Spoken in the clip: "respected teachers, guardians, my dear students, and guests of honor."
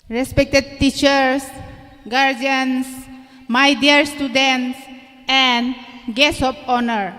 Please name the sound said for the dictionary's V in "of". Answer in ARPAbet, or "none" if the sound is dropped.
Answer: P